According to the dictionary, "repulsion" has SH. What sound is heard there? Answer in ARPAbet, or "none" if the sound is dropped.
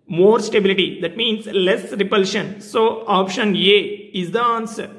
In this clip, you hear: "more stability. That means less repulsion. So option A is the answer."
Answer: SH